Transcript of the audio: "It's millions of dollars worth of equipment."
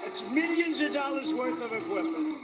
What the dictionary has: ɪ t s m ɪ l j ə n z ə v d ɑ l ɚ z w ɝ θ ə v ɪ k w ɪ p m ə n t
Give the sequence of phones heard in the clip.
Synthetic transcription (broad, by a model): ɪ t s m ɪ l j ə n z ə v d ɑ l ɚ z w ɝ θ ə v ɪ k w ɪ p m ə n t